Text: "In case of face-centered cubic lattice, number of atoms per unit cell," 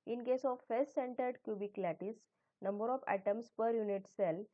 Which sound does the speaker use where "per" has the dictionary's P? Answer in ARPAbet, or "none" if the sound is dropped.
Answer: P